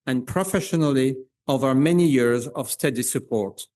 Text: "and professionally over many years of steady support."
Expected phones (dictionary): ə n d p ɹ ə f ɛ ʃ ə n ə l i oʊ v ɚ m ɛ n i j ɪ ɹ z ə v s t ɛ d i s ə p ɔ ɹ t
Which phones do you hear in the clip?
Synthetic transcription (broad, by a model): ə n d p ɹ ə f ɛ ʃ ə n ə l i oʊ v ɚ m ɛ n i j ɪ ɹ z ə v s t ɛ d i s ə p ɔ ɹ t